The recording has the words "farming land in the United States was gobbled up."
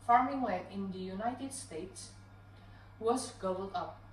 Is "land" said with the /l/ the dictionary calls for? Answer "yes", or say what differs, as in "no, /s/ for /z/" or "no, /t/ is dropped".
no, /w/ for /l/